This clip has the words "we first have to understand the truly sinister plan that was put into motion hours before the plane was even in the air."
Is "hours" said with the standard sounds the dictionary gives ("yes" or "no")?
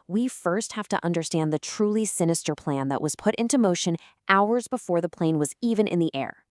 yes